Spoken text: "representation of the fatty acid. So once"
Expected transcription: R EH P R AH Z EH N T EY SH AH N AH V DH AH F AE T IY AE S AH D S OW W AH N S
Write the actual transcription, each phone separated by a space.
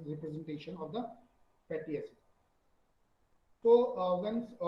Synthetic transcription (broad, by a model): R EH P R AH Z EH N T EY SH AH N AH V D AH P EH T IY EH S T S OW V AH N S